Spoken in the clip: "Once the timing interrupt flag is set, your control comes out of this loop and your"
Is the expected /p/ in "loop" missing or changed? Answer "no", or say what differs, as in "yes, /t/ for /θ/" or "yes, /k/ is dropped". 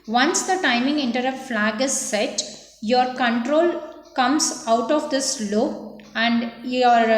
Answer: yes, /p/ is dropped